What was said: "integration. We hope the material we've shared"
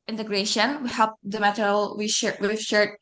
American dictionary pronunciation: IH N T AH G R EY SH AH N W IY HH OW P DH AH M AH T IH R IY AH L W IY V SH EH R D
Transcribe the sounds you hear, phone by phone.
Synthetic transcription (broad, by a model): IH N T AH G R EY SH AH N W IY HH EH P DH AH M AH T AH W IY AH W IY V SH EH R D